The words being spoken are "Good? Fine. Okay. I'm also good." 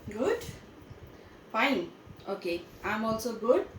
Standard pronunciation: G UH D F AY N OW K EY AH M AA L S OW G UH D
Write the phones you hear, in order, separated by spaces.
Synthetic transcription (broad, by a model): G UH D P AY OW K EY AH M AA L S OW G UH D